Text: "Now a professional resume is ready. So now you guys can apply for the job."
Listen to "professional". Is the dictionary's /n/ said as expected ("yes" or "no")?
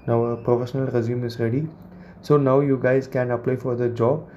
yes